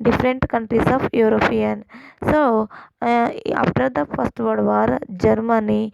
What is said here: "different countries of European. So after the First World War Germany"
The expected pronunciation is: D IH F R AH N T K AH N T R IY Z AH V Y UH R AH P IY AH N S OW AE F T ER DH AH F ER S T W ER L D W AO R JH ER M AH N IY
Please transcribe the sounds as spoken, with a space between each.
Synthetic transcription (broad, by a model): D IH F R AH N T K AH N T R IY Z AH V Y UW R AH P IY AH N S OW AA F T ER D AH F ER S T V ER D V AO R JH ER M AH N IY